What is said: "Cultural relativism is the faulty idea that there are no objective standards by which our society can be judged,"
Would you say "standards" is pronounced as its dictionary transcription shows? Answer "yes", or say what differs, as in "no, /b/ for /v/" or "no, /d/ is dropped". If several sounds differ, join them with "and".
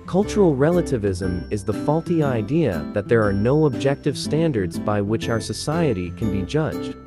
yes